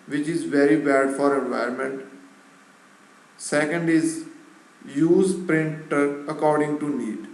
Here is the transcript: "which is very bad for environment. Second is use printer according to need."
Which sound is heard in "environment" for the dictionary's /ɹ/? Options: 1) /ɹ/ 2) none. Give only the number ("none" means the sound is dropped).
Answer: 2